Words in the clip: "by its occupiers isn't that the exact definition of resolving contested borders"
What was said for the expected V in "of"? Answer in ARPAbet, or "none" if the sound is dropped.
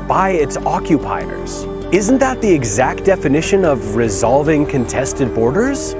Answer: V